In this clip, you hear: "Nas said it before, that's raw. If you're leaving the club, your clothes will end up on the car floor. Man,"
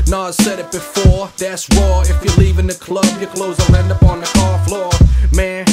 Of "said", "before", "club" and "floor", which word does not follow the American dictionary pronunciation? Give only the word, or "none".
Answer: none